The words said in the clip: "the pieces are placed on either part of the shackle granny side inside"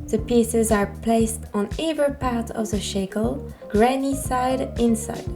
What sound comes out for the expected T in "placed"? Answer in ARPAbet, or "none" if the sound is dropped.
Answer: T